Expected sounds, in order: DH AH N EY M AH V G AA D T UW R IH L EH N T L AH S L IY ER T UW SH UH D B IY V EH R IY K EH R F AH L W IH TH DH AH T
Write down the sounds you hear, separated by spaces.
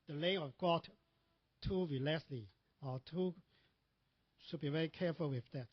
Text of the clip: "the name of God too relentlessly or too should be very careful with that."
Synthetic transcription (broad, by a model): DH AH L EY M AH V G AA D T UW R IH L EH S L IY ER T UW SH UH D B IY V EH R IY K EH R F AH L W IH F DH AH T